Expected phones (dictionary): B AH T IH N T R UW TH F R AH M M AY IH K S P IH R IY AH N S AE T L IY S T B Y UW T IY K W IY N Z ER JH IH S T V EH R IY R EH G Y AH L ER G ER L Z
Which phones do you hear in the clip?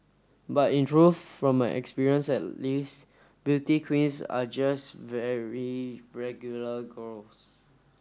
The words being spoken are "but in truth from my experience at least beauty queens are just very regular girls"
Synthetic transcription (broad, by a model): B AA T IH N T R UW F F R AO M M AY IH K S P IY R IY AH N S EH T L IY S T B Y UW T IY K W IY N S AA JH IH S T V EH R IY R EH G Y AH L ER G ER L S